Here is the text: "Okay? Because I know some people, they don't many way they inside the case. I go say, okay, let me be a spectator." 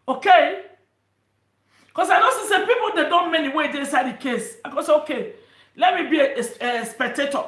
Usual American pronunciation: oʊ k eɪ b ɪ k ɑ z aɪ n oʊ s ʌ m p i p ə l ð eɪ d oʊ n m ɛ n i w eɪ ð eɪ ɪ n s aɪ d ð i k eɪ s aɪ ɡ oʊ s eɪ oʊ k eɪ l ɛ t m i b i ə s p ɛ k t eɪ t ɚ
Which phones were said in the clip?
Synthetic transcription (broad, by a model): oʊ k eɪ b k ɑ s aɪ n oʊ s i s p i p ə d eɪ d oʊ n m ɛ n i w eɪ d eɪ ɪ n s aɪ d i k eɪ s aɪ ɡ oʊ s eɪ oʊ k eɪ l ɛ t m i b i ə s p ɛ k t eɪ t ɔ